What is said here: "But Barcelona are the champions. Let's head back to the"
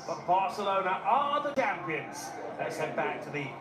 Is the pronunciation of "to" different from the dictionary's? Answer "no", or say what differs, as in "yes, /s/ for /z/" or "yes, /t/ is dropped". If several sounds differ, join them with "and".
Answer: no